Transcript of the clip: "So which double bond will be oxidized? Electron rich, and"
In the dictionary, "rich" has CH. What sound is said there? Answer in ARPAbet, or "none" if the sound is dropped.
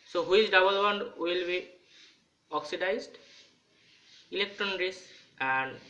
S